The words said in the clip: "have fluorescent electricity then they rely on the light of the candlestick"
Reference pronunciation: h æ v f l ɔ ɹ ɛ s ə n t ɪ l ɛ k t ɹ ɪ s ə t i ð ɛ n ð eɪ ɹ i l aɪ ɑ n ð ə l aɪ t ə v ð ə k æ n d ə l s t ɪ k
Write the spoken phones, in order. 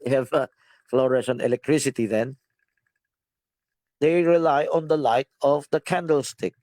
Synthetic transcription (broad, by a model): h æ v f l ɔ ɹ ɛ ʃ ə n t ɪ l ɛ k t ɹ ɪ s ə t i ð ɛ n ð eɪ ɹ i l aɪ ɑ n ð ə l aɪ t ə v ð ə k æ n d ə l s t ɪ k